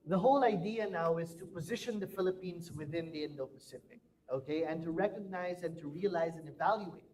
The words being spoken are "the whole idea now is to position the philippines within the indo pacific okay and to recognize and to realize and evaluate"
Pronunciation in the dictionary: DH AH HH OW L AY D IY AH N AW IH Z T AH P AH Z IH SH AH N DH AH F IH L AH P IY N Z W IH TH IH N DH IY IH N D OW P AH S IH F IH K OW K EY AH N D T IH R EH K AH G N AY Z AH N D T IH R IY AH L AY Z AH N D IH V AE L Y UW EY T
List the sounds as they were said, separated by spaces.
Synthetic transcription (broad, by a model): DH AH HH OW L AY D IY AH N AW IH Z T AH P AH Z IH SH AH N DH AH F IH L AH P IY N Z W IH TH IH N DH IY IH N D OW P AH S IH P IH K OW K EY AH N T IH R EH K AH G N AY Z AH N T IH R IY AH L AY Z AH N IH V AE L Y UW EY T